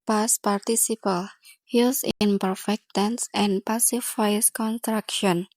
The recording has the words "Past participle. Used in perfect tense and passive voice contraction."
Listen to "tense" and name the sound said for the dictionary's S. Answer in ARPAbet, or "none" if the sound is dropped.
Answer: S